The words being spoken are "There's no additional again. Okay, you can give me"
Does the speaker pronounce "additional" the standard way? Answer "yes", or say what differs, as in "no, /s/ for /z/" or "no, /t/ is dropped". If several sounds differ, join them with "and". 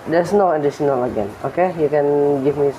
no, /s/ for /ʃ/